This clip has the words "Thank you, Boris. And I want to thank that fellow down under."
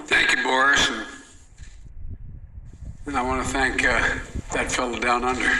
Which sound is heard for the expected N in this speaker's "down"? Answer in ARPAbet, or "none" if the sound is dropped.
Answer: N